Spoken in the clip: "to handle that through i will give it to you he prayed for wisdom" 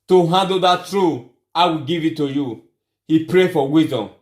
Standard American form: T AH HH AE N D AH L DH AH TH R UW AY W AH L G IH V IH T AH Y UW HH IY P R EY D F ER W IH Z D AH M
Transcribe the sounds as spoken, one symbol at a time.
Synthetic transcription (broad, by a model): T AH HH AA N D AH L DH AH T R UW AY W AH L G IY V IH T AH Y UW HH IY P R EY F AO W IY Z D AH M